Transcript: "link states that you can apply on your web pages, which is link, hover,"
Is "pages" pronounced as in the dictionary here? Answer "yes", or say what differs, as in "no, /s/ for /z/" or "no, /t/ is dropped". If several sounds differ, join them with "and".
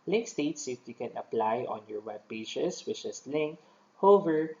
no, /s/ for /z/